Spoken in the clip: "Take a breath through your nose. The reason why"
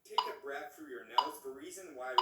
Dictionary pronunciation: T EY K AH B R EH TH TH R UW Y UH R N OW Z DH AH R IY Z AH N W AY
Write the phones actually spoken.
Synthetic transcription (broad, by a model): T EY K AH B R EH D TH R UW Y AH R N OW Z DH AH R IY Z AH N W AY